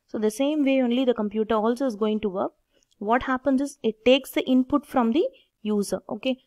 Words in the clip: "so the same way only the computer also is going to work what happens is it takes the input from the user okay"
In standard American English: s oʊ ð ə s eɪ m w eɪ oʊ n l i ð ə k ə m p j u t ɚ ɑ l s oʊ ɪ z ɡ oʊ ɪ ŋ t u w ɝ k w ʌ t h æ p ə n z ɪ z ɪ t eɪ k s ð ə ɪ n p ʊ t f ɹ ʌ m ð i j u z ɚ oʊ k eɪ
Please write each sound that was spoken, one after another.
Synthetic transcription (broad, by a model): s oʊ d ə s eɪ m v eɪ oʊ n l i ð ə k ə m p j u t ɚ ɑ l s oʊ ɪ z ɡ oʊ ɪ ŋ t u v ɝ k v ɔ t h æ p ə n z ɪ z ɪ t eɪ k s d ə ɪ n p ʊ t f ɹ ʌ m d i j u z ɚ oʊ k eɪ